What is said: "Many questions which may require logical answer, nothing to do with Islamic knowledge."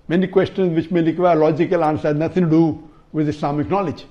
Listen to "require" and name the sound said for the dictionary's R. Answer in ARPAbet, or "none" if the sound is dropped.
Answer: L